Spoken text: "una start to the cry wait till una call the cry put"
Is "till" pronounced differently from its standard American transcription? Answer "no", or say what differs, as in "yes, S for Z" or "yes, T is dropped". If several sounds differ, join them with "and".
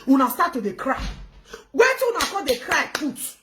yes, W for L